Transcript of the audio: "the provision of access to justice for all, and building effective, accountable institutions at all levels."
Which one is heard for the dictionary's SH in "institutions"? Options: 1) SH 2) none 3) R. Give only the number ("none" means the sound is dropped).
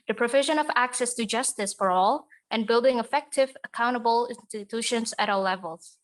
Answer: 1